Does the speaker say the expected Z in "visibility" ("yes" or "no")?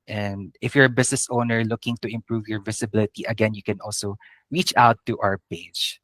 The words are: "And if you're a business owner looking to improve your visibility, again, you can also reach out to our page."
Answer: no